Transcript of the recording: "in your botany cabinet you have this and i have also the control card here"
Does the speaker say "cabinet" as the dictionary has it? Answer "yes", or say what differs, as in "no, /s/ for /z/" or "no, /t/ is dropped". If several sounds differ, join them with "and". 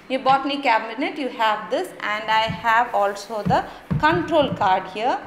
yes